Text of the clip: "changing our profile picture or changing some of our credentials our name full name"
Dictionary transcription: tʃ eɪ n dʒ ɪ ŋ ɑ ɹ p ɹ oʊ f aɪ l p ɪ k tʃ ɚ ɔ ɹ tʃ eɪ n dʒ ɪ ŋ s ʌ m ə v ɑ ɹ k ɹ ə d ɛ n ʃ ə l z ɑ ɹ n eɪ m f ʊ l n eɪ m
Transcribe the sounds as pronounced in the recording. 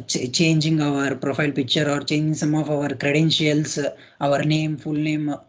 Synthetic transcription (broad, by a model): tʃ eɪ n dʒ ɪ ŋ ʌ ɹ p ɹ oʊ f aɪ l p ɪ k tʃ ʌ ɔ ɹ tʃ eɪ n dʒ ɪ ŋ s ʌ m ə v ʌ ɹ k ɹ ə d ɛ n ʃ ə l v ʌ ɹ n eɪ m f ʊ l n eɪ m